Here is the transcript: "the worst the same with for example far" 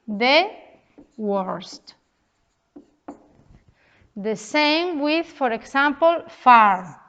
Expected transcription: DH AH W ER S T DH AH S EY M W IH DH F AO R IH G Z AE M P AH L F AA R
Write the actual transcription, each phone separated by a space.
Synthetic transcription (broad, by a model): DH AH W ER S T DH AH S EY M W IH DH F AO R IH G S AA M P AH L F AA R